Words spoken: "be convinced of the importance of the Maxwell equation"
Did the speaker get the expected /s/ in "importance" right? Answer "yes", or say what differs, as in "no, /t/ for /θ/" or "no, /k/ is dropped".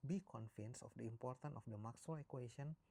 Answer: no, /s/ is dropped